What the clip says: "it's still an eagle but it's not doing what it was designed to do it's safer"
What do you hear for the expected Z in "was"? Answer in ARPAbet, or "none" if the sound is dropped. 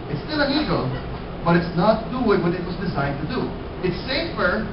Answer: Z